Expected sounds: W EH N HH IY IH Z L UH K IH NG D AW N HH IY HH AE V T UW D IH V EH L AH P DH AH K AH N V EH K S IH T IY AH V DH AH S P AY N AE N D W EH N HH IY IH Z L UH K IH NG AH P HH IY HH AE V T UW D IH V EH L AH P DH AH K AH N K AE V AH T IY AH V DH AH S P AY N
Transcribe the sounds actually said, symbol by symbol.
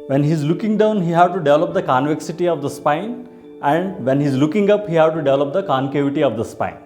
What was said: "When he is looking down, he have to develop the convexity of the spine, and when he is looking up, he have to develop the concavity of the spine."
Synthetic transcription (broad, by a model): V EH N HH IY Z L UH K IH NG D AW N HH IY HH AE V T UW D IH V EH L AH P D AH K AH N V EH K S IH T IY AH V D AH S P AY N AE N D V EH N HH IY Z L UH K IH NG AH P HH IY HH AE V T UW D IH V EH L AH P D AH K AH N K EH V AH T IY AH V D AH S P AY N